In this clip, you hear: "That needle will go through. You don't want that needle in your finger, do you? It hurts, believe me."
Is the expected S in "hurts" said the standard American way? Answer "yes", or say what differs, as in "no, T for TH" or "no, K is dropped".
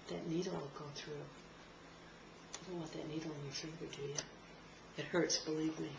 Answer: yes